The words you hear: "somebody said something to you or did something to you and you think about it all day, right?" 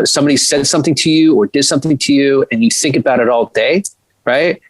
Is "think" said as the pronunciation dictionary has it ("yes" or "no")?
yes